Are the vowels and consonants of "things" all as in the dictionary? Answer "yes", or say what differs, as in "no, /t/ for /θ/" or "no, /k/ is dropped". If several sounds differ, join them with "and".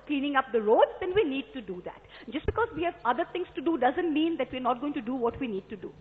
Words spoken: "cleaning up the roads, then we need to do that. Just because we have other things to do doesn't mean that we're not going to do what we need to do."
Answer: no, /t/ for /θ/